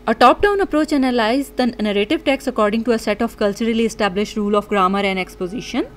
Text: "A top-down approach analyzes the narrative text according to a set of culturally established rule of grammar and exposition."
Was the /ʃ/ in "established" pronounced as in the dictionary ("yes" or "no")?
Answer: yes